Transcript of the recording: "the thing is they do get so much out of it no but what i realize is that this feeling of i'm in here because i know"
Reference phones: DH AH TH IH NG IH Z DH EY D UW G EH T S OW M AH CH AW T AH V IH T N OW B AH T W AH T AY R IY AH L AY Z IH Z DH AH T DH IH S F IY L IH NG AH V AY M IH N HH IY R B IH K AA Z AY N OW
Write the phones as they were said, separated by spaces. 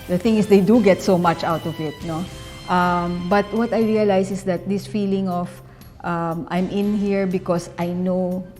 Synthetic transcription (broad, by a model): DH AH TH IH NG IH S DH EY D UW G EH T S OW M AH CH AW T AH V IH T N OW B AH T W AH T AY R IY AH L AY S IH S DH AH T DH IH S F IY L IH NG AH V AY M IH N HH IY R B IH K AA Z AY N OW